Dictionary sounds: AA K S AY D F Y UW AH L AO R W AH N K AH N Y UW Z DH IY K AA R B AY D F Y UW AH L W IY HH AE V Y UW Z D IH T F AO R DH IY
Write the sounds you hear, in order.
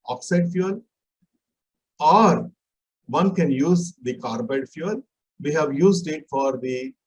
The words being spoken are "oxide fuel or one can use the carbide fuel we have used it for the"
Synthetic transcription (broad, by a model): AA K S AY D F Y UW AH L AO R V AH N K AH N Y UW Z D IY K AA R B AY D F Y UW AH L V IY HH AE V Y UW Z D IH T F AO R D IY